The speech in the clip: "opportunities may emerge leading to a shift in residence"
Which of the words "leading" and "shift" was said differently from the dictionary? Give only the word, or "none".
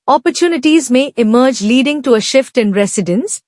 none